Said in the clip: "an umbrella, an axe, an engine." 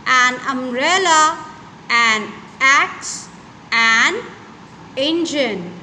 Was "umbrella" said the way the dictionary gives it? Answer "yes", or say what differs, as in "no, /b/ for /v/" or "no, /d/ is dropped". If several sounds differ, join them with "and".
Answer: no, /b/ is dropped